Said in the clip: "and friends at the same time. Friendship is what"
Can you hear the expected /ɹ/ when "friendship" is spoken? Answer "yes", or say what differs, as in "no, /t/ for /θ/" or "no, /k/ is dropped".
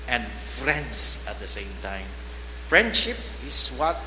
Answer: yes